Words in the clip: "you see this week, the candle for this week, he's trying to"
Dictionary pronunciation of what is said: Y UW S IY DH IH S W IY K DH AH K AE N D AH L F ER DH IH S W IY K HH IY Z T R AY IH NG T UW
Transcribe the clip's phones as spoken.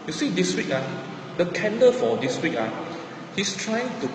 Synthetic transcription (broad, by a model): Y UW S IY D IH S W IY K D AH K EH N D AH F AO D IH S W IY K HH IY S T R AY IH NG T UW